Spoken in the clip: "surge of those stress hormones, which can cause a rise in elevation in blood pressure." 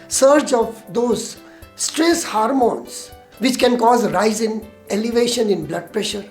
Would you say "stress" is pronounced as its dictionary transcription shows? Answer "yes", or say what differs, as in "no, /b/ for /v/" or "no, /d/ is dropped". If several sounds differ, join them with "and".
yes